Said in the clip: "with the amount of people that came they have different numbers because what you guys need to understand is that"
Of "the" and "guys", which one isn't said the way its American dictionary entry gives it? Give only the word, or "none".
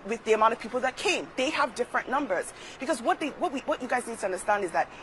none